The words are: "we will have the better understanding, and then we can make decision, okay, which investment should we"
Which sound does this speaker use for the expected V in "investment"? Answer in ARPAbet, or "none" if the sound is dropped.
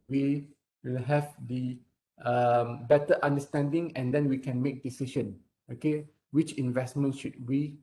V